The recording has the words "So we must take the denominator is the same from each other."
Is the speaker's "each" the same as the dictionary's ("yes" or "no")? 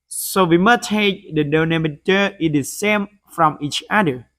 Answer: yes